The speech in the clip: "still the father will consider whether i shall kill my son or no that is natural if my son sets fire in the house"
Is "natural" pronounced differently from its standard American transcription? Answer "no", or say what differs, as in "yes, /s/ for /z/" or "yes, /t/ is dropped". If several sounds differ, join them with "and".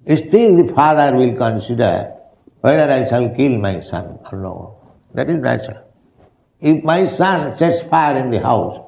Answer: yes, /ɹ/ is dropped